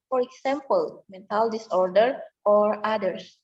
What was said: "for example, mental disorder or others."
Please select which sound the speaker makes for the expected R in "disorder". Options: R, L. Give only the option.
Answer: R